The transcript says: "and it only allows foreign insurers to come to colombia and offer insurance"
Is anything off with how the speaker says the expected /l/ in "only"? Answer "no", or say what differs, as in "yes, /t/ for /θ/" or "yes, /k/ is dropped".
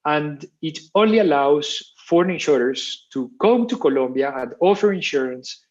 no